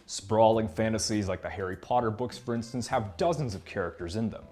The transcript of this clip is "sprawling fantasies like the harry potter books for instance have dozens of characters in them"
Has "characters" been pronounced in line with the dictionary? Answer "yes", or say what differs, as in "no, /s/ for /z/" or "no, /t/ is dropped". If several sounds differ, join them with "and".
yes